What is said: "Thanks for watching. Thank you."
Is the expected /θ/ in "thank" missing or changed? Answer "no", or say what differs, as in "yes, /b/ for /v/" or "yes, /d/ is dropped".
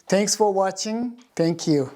yes, /t/ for /θ/